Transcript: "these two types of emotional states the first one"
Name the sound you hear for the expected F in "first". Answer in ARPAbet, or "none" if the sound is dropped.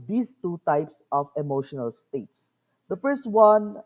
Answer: F